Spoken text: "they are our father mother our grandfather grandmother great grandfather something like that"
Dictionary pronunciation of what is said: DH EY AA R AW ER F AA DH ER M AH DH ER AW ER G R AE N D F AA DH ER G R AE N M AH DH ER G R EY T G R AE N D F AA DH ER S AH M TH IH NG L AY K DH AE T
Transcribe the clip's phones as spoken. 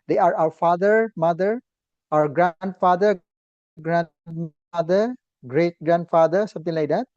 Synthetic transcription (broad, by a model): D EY AA R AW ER F AA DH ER M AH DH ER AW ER G R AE N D F AA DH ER G R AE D M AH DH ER G R EY T G R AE N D F AA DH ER S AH M T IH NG L AY K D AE T